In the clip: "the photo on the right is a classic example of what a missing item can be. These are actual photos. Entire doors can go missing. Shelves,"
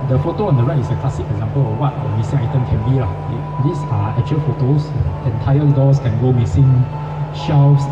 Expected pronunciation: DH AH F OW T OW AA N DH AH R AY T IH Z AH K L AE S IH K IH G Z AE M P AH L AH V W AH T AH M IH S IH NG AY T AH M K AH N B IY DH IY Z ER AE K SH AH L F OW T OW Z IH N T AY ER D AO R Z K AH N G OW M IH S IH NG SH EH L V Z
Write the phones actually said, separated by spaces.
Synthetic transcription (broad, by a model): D AH F OW T OW AA N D AH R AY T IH S AH K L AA S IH K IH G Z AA M P AH L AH F W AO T AH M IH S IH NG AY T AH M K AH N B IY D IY S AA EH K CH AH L F OW T OW S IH N T AY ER D AO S K AH N G OW M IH S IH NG SH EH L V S